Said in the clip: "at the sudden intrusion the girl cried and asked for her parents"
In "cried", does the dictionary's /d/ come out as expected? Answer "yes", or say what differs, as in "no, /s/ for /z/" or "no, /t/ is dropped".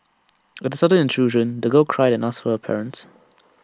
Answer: yes